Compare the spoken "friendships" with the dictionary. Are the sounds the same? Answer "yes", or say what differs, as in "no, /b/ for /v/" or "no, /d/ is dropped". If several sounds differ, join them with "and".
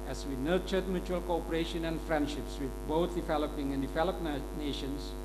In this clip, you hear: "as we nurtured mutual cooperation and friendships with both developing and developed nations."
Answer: yes